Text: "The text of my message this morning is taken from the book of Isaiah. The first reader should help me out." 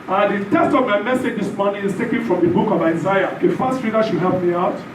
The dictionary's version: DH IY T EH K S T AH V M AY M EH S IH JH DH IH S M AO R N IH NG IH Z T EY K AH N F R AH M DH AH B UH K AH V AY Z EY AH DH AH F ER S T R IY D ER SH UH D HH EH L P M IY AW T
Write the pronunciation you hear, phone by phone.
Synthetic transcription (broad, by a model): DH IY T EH S T AH V M AY M EH S IH JH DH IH S M AO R N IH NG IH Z T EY K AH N F R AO M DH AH B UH K AH V AY Z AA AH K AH F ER S T R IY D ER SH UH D HH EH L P M IY AW T